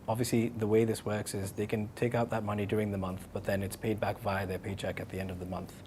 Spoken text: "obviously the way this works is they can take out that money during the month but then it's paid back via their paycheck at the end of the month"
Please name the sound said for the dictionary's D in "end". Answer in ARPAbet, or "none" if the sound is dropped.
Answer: D